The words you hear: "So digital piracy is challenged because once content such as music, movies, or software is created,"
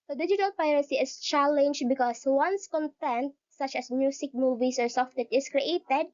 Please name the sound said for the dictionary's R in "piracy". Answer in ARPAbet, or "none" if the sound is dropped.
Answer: R